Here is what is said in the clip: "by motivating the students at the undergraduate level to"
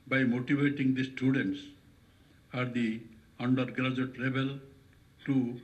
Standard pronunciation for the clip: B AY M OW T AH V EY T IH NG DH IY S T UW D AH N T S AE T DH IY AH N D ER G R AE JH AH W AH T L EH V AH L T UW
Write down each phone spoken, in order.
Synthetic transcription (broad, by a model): B AY M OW T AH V EY T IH NG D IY S T UW D AH N T S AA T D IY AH N D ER G R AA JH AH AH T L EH B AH L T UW